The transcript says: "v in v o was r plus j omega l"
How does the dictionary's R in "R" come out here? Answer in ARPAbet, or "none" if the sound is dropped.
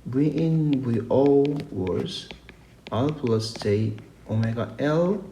L